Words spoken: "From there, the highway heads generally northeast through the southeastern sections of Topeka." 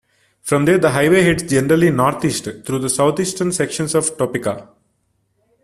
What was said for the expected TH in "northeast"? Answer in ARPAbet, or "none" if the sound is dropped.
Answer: T